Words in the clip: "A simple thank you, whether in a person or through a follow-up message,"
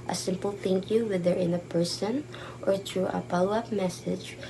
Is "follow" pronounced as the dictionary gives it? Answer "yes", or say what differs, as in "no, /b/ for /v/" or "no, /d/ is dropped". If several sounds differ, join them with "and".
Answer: no, /p/ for /f/